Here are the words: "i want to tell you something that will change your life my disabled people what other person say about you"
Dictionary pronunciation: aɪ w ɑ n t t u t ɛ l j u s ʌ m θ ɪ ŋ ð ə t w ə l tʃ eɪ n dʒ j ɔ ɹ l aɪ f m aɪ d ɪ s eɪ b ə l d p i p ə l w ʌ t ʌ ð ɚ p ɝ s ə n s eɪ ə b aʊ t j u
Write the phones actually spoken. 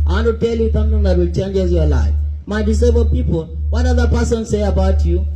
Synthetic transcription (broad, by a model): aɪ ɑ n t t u t ɛ l j u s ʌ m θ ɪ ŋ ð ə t w ə l tʃ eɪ n dʒ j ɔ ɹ l aɪ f m aɪ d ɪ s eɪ ə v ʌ p i p ə l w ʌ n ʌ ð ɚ p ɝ s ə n s eɪ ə b aʊ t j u